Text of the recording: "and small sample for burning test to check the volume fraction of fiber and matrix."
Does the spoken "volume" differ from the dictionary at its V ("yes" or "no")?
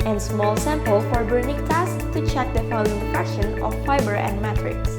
yes